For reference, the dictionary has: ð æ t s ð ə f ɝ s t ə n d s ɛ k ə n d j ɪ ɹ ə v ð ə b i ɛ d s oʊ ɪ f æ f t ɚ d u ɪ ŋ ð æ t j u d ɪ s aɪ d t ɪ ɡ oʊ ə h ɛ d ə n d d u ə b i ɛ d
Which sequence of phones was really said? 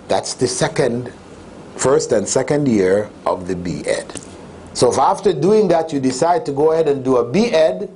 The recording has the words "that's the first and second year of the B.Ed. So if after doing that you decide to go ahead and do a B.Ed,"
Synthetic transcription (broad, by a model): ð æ t s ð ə f ɝ s t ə n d s ɛ k ə n d j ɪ ɹ ə v ð ə b i ɛ d s oʊ ɪ f æ f t ɚ d u ɪ ŋ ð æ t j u d ɪ s aɪ d t ɪ ɡ oʊ ə h ɛ d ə n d d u ə b i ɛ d